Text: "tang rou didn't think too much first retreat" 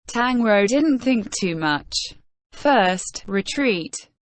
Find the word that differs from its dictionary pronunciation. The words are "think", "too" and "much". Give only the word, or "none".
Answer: none